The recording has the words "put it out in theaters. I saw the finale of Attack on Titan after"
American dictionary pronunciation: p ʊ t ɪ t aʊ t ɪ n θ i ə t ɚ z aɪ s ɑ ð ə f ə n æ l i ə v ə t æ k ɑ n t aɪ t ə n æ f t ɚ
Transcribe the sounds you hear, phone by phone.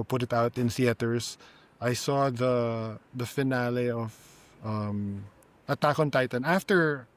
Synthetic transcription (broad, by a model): p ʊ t ɪ t aʊ t ɪ n s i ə t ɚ s aɪ s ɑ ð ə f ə n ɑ l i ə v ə t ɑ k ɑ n t aɪ t ə n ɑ f t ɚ